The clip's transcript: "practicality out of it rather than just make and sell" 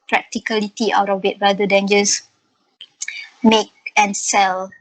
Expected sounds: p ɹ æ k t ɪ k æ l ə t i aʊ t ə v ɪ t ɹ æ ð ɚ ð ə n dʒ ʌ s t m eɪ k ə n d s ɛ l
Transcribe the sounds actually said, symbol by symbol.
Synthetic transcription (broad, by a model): p ɹ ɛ k t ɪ k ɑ l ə t i aʊ t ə w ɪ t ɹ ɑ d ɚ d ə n dʒ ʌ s m eɪ k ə n s ɛ l